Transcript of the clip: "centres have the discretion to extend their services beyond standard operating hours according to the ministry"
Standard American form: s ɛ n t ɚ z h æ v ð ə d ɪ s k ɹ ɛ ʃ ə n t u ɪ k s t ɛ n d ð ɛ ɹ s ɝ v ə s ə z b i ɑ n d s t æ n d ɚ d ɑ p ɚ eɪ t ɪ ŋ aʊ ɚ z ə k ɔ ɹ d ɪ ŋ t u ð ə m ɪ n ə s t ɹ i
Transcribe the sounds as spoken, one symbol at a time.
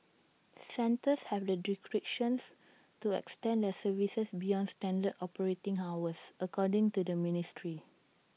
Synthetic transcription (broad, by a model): s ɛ n t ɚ s h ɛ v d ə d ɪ k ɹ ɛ ʃ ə n t u ɪ k s t ɛ n d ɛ s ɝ v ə s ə s b i ɑ n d s t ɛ n d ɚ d ɑ p ɚ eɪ t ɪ ŋ aʊ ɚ s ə k ɔ d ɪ ŋ t u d ə m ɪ n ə s t ɹ i